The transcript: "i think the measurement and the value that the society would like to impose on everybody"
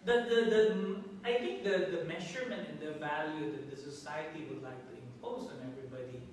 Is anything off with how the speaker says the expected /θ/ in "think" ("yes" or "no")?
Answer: yes